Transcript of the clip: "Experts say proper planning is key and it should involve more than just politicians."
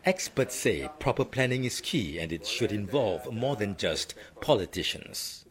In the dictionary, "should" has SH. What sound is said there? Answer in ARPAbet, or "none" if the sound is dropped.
SH